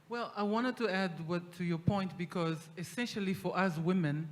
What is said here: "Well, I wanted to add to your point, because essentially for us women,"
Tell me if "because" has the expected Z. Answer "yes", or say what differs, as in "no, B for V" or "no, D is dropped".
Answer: yes